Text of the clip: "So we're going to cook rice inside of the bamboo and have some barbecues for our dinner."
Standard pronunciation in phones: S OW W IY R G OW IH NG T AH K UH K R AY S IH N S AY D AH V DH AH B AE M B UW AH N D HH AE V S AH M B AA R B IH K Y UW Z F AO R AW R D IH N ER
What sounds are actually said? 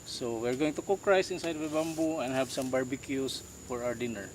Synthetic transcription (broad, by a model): S OW W IY R G OW IH NG T AH K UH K R AY S IH N S AY D AH V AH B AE M B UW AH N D HH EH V S AH M B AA R B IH K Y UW S F AO R AW R D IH N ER